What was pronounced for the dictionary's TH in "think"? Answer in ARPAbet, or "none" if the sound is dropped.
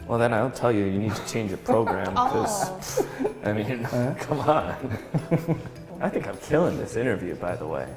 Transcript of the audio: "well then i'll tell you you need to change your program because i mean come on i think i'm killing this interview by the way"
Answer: TH